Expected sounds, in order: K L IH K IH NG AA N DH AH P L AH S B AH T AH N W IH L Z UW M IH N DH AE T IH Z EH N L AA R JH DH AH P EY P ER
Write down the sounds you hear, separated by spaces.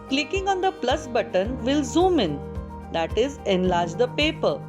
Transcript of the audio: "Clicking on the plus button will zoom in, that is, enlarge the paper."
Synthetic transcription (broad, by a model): K L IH K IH NG AA N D AH P L AH S B AH T AH N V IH L Z UW M IH N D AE T IH Z EH N L AA R JH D AH P EY P ER